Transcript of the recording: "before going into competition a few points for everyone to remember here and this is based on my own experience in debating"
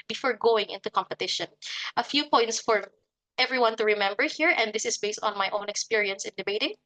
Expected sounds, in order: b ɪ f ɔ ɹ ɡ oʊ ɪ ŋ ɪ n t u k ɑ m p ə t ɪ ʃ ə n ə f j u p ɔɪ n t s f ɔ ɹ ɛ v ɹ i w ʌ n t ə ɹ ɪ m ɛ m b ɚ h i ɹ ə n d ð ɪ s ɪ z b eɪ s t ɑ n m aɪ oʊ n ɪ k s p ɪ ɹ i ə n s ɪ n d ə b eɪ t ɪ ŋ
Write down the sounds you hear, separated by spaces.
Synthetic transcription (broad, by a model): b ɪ f ɔ ɹ ɡ oʊ ɪ ŋ ɪ n t u k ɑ m p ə t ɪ ʃ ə n ə f j u p ɔɪ n t s f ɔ ɹ ɛ v ɹ i w ʌ n t ə ɹ ɪ m ɛ m b ɚ h i ɹ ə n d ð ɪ s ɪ s b eɪ s t ɑ n m aɪ oʊ n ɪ k s p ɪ ɹ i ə n s ɪ n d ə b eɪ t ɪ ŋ